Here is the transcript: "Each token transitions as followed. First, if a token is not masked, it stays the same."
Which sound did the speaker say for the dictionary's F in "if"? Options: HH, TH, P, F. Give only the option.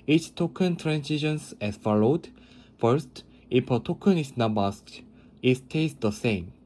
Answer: P